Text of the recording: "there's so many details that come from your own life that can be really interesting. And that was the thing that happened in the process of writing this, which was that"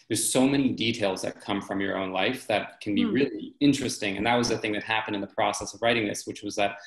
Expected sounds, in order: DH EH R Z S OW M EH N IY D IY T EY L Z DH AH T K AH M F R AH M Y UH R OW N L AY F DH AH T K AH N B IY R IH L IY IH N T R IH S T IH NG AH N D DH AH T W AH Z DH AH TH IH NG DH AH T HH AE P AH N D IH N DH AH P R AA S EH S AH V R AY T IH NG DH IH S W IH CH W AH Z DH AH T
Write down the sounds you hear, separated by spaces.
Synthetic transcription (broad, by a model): DH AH R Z S OW M EH N IY D IY T EY L Z DH AH T K AH M F R AH M Y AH R OW N L AY F DH AH T K N B IY R IH L IY IH N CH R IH S T IH NG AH N DH AH T W AH Z DH AH TH IH NG DH AH T HH AE P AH N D IH N DH AH P R AA S EH S AH V R AY T IH NG DH IH S W IH CH W AH Z DH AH T